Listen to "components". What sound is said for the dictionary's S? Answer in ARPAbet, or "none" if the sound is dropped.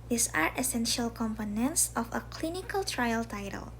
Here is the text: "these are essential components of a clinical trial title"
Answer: S